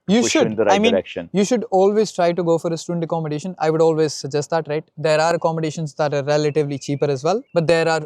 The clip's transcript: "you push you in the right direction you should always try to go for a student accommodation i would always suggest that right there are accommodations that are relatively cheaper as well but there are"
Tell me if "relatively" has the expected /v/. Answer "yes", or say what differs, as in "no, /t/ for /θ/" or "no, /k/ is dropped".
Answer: yes